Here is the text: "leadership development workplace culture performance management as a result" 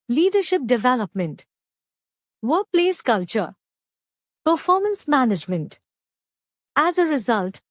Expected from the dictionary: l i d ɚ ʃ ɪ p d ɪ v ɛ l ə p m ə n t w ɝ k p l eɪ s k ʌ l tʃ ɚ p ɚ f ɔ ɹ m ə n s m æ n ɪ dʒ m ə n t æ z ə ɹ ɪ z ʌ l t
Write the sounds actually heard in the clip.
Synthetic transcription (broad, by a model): l i d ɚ ʃ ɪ p d ɪ v ɛ l ə p m ə n t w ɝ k p l eɪ s k ʌ l tʃ ɚ p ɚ f ɔ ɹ m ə n s m æ n ɪ dʒ m ə n t æ z ə ɹ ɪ z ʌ l t